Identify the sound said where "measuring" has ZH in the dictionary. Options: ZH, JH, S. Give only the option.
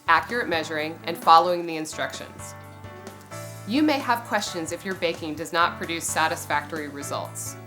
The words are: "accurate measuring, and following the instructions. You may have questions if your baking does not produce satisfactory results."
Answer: ZH